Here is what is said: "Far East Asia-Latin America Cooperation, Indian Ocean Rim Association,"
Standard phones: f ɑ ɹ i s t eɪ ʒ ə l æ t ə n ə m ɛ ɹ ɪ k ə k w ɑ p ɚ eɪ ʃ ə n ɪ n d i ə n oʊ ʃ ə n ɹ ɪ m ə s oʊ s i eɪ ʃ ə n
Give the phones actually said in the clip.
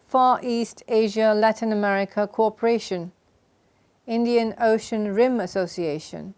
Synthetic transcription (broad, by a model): f ɑ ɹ i s t eɪ ʒ ə l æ t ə n ə m ɛ ɹ ɪ k ə k ɑ p ɚ eɪ ʃ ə n ɪ n d i ə n oʊ ʃ ə n ɹ ɪ m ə s oʊ s i eɪ ʃ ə n